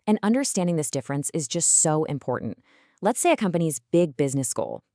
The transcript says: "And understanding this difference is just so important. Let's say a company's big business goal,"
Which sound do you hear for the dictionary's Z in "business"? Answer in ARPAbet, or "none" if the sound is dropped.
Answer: Z